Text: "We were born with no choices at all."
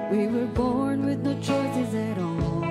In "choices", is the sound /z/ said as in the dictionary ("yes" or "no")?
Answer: yes